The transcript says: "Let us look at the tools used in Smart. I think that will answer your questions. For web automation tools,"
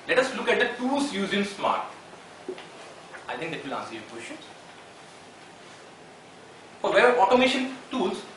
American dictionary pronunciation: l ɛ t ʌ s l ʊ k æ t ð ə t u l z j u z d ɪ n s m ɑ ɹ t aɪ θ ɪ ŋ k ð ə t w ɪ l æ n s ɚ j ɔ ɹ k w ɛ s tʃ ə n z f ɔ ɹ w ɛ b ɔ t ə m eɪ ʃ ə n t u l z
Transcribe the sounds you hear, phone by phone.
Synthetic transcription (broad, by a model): l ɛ t ʌ s l ʊ k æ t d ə t u l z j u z ɪ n s m ɑ ɹ t aɪ t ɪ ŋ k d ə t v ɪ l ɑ n s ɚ j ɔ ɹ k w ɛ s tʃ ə n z f ɔ ɹ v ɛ ɔ t ə m eɪ ʃ ə n t u l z